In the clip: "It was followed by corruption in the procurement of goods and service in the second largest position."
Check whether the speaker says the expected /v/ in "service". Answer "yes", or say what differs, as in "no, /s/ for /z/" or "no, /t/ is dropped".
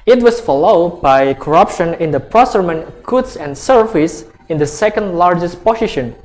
no, /f/ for /v/